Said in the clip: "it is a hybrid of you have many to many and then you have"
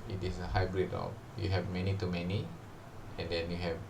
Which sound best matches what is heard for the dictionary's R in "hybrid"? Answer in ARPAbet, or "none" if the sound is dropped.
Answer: R